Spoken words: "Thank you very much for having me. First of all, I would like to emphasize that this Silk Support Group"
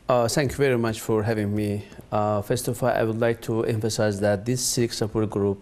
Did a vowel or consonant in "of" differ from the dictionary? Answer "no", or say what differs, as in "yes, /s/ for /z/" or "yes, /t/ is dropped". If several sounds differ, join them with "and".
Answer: yes, /f/ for /v/